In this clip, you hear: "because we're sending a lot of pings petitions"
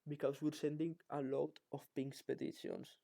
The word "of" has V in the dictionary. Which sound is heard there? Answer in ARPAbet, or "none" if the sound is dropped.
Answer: F